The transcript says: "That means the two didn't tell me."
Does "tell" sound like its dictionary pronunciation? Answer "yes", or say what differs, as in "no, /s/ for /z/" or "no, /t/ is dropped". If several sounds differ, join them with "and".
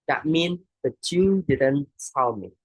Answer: no, /s/ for /t/